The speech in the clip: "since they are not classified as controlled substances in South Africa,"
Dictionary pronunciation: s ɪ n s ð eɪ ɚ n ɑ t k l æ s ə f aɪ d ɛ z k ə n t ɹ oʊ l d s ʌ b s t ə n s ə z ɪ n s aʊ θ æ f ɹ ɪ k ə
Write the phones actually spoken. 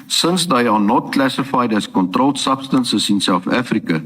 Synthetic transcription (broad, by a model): s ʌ n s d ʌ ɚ n ɑ t k l æ s ə f aɪ d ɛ s k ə n t ɹ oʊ l s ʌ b s t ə n s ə s ɪ n s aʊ f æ f ɹ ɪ k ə